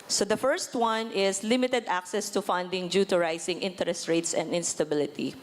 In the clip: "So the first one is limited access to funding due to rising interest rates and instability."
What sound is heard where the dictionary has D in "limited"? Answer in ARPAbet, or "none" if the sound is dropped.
D